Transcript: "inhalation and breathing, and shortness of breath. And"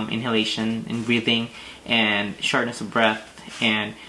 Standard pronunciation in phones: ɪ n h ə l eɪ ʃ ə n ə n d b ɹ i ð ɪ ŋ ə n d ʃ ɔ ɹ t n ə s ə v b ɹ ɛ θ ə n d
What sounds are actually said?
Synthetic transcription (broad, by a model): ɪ n h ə l eɪ ʃ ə n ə n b ɹ i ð ɪ ŋ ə n ʃ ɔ ɹ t n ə s ə v b ɹ ɛ θ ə n